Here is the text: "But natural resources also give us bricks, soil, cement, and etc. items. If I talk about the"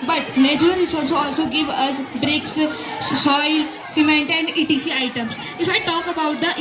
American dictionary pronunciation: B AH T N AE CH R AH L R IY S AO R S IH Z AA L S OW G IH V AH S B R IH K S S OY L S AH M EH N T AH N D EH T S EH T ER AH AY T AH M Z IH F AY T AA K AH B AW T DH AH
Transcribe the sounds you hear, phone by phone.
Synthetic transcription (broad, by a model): B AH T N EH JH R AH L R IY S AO L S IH AA L S OW G IH V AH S B R IH K S S OY L S AH M EH N T AH N D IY T IY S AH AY T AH M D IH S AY T AA K AH B AW T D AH